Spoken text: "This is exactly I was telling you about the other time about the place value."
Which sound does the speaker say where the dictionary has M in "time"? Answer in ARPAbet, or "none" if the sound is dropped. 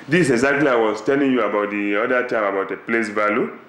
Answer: M